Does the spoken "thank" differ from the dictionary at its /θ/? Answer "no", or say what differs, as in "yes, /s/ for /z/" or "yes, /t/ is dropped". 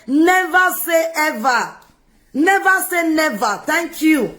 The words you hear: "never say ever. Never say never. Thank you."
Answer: yes, /t/ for /θ/